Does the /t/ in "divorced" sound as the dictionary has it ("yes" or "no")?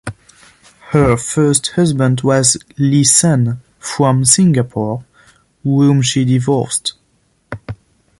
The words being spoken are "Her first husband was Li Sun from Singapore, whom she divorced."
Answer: yes